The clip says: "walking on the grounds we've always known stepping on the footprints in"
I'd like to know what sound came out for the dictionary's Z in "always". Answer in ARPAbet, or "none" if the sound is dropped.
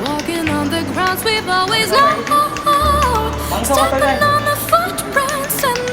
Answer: Z